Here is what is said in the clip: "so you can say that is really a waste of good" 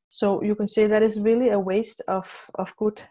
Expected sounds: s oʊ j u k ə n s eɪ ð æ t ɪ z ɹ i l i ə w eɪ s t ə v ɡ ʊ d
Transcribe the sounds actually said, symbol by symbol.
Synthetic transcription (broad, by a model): s oʊ j u k ə n s eɪ ð æ t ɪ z ɹ i l i ə w eɪ s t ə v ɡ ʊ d